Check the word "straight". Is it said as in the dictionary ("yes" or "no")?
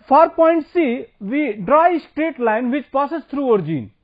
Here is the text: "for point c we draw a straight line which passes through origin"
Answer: yes